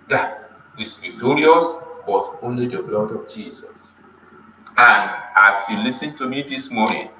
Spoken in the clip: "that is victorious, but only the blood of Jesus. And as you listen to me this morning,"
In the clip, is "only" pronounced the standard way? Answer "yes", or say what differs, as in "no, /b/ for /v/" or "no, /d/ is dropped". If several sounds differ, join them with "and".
yes